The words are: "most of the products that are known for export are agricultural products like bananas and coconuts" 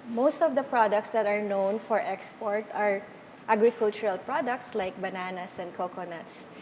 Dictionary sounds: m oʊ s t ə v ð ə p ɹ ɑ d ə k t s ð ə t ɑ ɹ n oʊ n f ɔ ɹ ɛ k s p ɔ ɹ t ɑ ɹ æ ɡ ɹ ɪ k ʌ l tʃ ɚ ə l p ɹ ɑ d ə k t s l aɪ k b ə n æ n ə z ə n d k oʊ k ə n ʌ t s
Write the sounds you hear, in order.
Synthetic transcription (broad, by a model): m oʊ s t ə v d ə p ɹ ɑ d ə k t s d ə t ɑ ɹ n oʊ n f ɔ ɹ ɛ k s p ɔ ɹ t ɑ ɹ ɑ ɡ ɹ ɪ k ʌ l tʃ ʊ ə l p ɹ ɑ d ə k t s l aɪ k b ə n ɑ n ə s ə n d k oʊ k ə n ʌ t s